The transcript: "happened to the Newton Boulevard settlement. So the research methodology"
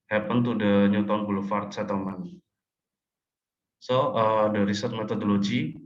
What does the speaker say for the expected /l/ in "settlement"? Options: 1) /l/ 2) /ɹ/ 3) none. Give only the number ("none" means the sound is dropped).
3